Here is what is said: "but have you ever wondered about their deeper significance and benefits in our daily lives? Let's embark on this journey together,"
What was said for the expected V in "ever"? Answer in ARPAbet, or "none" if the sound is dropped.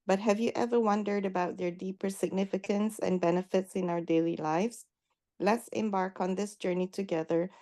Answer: V